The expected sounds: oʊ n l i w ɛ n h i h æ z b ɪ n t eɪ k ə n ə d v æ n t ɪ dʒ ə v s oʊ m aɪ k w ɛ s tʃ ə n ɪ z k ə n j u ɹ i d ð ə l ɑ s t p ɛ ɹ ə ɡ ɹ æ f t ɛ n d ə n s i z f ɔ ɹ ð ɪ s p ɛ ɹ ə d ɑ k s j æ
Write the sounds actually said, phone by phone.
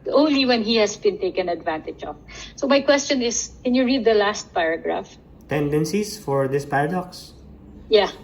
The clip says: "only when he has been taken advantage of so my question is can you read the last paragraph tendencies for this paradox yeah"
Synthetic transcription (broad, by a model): oʊ n l i w ɛ n h i h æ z b ɪ n t eɪ k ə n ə d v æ n t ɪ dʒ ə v s oʊ m aɪ k w ɛ s tʃ ə n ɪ s k ə n j u ɹ i d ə l ɑ s t p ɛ ɹ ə ɡ ɹ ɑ f t ɛ n d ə n s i s f ɔ ɹ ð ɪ s p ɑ ɹ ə d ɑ k s j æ